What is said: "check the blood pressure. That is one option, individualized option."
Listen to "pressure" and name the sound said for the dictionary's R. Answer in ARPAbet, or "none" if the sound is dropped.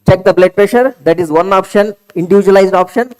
R